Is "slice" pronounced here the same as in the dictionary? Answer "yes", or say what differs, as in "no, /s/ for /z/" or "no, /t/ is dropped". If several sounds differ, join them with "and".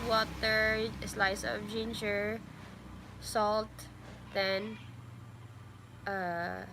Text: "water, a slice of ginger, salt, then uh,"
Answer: yes